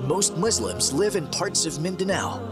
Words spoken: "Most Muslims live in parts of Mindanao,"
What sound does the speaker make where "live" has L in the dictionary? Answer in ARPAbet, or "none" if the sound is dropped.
L